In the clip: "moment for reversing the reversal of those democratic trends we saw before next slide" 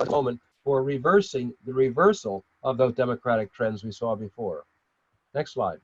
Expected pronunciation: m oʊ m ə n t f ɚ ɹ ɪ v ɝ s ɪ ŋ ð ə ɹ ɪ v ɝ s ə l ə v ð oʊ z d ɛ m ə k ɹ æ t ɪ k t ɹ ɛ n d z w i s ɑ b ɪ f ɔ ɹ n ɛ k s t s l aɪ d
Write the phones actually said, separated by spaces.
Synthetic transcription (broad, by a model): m oʊ m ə n t f ɚ ɹ ɪ v ɝ s ɪ ŋ ð ə ɹ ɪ v ɝ s l ə v ð oʊ z d ɛ m ə k ɹ æ t ɪ k t ɹ ɛ n d z w i s ɑ b ɪ f ɔ ɹ n ɛ k s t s l aɪ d